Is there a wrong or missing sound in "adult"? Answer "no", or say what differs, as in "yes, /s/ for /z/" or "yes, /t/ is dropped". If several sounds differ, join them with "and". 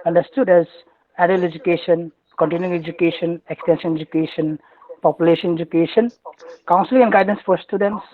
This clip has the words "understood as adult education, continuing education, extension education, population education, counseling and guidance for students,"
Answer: yes, /t/ is dropped